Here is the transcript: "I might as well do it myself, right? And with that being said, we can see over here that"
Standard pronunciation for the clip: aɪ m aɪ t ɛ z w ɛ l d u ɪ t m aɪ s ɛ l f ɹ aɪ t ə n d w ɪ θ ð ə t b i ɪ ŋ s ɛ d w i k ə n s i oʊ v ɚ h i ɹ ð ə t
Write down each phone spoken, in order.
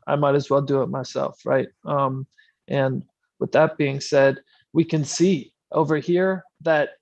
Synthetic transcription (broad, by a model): aɪ m aɪ t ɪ z w ɛ l d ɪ ɪ t m aɪ s ɛ l f ɹ aɪ t ə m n w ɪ ð ə t b i ɪ ŋ s ɛ d w i k ə n s i oʊ v ɚ h i ɹ ð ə t